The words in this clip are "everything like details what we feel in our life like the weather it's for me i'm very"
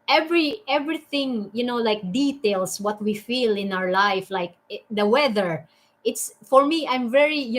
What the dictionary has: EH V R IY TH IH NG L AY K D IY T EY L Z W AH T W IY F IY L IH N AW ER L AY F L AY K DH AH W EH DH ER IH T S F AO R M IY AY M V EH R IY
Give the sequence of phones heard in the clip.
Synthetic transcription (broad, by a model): EH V R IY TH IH NG L AY K D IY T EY L S W AH T W IY F IY L IH N AW ER L AY F L AY K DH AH W EH DH ER IH T S F AO R M IY AY M V EH R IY